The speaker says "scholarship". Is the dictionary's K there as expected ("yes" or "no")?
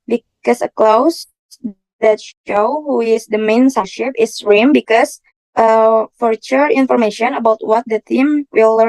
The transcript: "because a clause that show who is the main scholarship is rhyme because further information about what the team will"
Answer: no